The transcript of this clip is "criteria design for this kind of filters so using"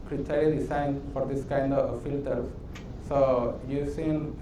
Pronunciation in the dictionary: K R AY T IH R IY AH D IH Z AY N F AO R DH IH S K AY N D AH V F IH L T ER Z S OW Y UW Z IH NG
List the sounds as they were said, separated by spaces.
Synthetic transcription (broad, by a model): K R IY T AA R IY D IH S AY N F AO R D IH S K AY N D AH V F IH L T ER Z S OW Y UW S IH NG